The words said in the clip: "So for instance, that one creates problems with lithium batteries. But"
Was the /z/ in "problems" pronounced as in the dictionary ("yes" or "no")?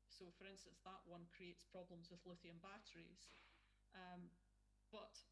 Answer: yes